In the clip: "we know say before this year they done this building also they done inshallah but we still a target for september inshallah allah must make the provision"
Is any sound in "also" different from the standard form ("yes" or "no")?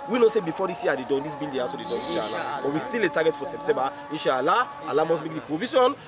yes